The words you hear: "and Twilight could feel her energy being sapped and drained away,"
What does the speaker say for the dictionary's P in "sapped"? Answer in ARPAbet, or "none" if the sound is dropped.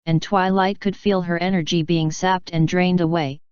P